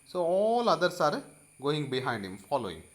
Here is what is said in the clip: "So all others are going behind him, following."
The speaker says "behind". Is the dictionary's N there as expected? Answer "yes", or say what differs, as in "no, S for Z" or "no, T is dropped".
yes